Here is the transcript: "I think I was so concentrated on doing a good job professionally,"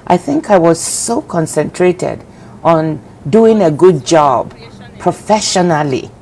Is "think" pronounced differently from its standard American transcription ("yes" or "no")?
no